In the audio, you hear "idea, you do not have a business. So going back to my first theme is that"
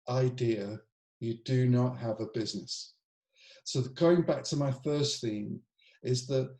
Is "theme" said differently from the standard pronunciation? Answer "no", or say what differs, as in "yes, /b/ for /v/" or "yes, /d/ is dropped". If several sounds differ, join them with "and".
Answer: no